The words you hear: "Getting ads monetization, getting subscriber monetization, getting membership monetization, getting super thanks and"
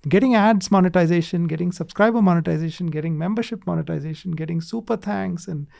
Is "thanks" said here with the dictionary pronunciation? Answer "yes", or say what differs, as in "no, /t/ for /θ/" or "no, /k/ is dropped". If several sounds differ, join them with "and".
no, /t/ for /θ/